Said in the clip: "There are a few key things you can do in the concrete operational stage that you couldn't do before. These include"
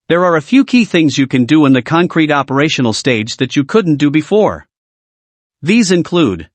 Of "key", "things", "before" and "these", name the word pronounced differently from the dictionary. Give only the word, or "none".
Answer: none